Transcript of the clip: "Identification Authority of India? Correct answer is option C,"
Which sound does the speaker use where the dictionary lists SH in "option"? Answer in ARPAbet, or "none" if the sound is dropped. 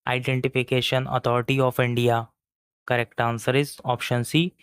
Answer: SH